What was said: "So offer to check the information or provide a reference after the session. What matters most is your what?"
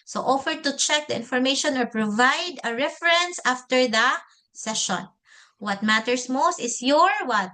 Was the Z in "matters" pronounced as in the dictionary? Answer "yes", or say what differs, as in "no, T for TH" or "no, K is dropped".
no, S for Z